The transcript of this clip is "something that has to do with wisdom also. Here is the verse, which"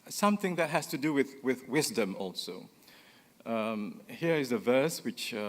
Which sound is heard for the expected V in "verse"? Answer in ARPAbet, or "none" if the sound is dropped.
V